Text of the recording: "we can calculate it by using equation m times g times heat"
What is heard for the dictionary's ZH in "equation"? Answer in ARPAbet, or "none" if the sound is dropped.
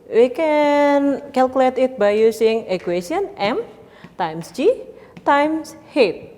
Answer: S